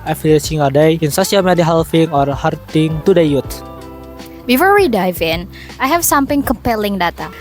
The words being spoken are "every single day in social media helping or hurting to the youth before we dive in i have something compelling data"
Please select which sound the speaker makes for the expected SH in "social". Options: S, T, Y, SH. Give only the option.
S